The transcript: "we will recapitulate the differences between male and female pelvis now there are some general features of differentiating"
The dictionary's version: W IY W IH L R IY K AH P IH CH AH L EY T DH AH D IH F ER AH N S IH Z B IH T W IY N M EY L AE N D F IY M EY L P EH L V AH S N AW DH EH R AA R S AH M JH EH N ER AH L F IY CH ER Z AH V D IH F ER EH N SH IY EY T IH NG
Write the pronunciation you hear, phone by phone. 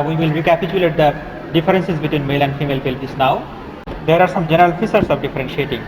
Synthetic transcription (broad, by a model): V IY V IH L R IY K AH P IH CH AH L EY T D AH D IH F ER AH N S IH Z B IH T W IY N M EY L AE N D F IY M EY L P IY L P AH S N AW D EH R AA R S AH M JH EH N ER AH L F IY S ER S AH V D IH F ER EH N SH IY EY T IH NG